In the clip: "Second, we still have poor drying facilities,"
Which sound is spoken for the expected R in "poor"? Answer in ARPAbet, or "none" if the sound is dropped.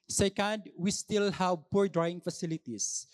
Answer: R